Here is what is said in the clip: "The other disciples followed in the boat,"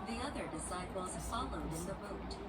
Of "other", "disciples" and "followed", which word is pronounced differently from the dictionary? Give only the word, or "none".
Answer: disciples